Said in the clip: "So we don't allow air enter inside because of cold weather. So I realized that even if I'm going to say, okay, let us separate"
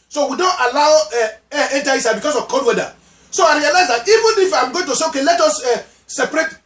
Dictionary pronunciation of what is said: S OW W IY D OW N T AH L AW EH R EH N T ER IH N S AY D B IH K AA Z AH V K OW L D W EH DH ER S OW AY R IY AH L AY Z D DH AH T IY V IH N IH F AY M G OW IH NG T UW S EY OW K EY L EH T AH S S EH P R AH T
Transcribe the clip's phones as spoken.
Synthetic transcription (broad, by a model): S OW W IY D OW N T AH L AW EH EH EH N T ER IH S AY B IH K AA S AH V K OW D W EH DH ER S OW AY R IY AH L AY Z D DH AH T IY V IH N IH F AY M G OW IH NG T UW S EY OW K EY L EH T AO S S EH P R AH T